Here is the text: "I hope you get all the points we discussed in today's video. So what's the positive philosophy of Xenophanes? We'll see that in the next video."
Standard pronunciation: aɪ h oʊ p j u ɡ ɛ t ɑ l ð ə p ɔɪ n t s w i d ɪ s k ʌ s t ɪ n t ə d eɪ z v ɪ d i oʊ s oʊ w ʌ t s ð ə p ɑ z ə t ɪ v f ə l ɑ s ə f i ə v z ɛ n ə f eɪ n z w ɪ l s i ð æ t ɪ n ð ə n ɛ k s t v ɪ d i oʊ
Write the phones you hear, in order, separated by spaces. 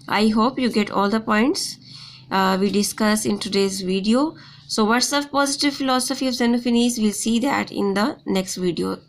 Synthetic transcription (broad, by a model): aɪ h oʊ p j u ɡ ɛ t ɑ l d ə p ɔɪ n t s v i d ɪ s k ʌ s ɪ n t ə d eɪ z v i d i oʊ s oʊ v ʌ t s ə p ɑ z ə t ɪ v f ə l ɑ s ə f i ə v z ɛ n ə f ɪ n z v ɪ l s i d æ t ɪ n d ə n ɛ k s t v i d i oʊ